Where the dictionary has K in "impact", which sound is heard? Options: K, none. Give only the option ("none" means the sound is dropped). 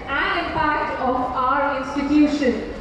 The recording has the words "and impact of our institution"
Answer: none